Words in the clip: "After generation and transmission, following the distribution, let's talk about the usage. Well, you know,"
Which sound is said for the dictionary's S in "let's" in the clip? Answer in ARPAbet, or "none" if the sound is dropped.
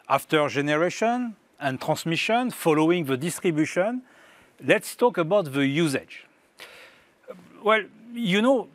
S